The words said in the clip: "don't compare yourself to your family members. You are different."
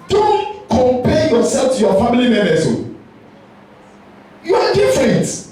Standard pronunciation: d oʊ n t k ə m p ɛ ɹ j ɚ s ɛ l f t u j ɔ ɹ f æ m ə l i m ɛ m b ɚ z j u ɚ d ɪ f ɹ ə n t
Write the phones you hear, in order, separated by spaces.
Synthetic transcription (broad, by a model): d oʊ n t k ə m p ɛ j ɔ s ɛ l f t u j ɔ f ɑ m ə l i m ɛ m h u j u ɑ d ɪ f ɹ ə n t